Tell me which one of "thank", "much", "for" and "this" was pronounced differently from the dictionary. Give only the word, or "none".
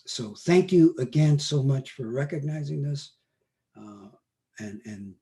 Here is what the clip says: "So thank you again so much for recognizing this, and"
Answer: none